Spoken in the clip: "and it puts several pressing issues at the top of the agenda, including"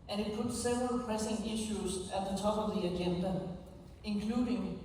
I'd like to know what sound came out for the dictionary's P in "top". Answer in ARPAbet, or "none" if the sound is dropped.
B